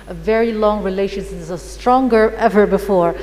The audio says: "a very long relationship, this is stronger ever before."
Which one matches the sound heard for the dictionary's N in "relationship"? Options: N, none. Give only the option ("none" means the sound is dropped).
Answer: none